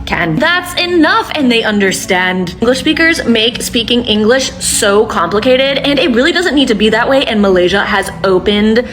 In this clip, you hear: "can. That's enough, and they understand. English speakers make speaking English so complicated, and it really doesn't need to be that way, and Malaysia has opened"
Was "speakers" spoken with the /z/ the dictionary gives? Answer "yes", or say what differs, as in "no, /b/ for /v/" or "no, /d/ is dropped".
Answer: yes